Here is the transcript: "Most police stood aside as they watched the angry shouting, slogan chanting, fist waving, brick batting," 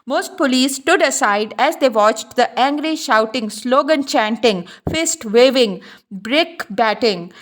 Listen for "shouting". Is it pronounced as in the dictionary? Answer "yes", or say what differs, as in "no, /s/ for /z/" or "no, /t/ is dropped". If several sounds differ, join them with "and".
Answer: yes